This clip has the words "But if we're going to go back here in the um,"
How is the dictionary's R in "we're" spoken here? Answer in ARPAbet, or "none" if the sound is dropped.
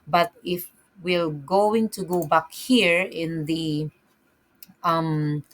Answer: L